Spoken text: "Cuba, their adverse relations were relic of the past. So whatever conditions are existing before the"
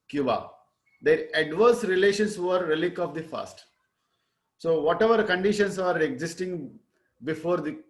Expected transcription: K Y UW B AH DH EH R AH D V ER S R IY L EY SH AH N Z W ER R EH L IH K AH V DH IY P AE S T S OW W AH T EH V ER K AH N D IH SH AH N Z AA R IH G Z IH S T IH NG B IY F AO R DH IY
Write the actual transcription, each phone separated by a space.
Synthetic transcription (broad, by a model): K Y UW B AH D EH R AH D V ER S R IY L EY SH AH N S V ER R EH L IH K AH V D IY F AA S T S OW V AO T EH V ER K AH N D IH SH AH N S AA R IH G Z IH S T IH NG B IY F AO R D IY